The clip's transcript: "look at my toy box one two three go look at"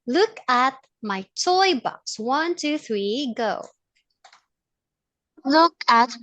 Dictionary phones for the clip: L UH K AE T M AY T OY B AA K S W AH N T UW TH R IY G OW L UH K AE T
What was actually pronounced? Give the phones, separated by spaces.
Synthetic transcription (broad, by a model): L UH K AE T M AY T OY B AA K S W AH N T UW TH R IY G OW L UH K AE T